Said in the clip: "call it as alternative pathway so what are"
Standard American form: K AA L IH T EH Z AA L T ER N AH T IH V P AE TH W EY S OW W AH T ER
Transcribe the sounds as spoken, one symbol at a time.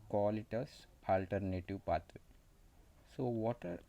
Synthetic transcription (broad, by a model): K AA L IH T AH S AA L T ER N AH T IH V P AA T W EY S OW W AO T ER